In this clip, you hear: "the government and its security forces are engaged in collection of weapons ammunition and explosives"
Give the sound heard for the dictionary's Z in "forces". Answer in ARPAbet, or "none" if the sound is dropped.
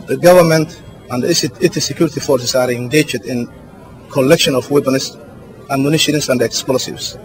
S